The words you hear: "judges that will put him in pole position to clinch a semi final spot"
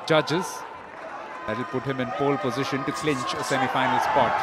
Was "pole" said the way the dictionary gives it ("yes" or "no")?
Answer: no